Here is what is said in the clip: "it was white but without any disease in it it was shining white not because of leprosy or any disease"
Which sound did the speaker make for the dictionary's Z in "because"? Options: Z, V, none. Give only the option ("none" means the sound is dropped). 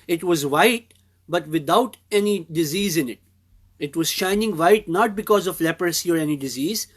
Z